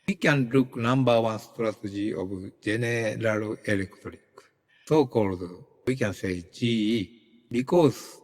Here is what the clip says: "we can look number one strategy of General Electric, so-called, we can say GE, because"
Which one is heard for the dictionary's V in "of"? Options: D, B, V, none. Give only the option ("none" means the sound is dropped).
B